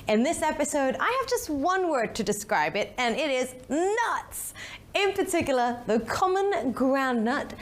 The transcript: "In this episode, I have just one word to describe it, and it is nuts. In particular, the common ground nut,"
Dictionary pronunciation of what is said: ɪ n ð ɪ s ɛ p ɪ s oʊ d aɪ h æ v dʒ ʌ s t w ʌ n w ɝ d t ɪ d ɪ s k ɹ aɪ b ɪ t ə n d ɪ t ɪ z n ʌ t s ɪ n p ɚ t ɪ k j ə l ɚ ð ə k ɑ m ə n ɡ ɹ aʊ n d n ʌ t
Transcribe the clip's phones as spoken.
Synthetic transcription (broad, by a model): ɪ n ð ɪ s ɛ p ɪ s oʊ d aɪ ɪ v dʒ ʌ s t w ʌ n w ɝ d t ɪ d ɪ s k ɹ aɪ b ɪ t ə n ɪ t ɪ z n ʌ t s ɪ n p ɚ t ɪ k j l ɚ ð ə k ɑ m ə n ɡ ɹ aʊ n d n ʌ t